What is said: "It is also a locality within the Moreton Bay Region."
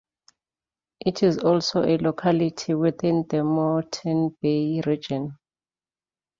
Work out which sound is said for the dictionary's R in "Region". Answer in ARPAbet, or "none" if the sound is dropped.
R